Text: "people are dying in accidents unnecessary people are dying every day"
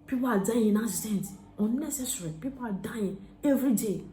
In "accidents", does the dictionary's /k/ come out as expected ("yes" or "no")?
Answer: no